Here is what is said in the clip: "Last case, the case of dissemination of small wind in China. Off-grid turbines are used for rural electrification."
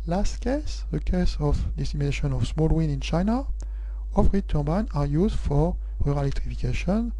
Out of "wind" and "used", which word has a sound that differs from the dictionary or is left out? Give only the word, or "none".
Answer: wind